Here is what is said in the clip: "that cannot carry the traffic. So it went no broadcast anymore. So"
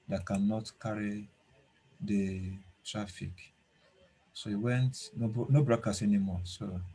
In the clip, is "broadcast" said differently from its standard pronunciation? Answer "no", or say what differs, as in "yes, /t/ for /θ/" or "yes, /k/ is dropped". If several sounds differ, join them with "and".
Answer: yes, /t/ is dropped